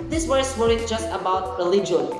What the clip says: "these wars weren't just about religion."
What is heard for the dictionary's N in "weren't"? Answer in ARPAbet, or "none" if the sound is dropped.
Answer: none